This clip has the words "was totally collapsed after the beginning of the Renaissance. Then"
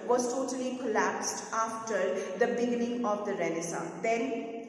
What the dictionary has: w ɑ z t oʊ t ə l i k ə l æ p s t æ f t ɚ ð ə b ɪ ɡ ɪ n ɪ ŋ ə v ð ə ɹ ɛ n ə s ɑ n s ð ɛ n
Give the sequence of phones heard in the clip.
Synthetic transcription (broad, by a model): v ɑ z t oʊ t ə l i k ə l æ p s t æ f t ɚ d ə b ɪ ɡ ɪ n ɪ ŋ ə v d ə ɹ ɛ n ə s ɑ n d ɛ n